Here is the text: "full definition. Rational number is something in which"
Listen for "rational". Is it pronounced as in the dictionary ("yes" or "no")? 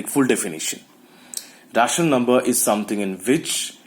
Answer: no